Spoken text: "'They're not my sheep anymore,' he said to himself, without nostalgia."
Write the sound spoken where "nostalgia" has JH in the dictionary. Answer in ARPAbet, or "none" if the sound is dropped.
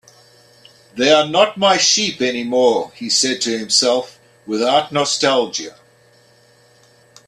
JH